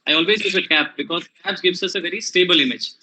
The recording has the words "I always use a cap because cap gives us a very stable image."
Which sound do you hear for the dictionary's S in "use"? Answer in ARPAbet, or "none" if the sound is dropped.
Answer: none